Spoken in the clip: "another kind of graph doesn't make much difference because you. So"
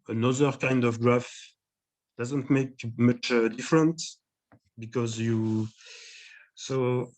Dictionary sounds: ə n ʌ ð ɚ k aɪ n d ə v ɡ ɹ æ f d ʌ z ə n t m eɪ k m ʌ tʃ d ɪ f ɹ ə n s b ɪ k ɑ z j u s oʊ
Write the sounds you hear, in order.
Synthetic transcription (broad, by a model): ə n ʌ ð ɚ k aɪ n d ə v ɡ ɹ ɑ f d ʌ z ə n t m eɪ k m ʌ tʃ d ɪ f ɹ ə n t b ɪ k ɑ z j u s oʊ